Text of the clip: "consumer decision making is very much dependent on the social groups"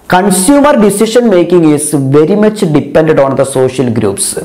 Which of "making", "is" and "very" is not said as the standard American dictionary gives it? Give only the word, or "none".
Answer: is